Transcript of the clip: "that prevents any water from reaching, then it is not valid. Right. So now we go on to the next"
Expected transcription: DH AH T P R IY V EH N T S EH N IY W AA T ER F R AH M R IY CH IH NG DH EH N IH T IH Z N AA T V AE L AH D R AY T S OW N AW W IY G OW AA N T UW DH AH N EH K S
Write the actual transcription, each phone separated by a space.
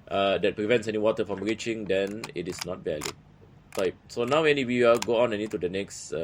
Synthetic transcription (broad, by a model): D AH T P R IY V EH N T S EH N IY W AA T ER F R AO M R IY CH IH NG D EH N IH T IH S N AA T V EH L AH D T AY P S OW N AW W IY G OW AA N T UW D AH N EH K S